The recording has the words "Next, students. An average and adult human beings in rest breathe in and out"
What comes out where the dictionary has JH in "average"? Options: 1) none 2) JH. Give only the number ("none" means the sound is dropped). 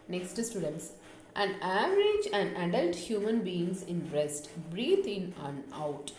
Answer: 2